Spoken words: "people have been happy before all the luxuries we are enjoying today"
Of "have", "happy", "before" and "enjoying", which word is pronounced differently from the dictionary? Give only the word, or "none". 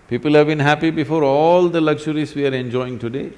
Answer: none